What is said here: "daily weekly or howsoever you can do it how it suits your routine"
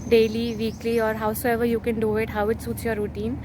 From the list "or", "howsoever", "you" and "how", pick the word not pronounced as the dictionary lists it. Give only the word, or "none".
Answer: none